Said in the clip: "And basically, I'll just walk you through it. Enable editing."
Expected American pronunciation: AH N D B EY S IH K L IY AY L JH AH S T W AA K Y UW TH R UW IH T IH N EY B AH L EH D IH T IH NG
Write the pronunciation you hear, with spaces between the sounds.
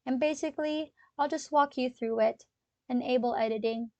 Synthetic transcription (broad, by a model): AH N B EY S IH K L IY AY L JH AH S T W AA K Y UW TH R UW IH T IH N EY B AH L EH D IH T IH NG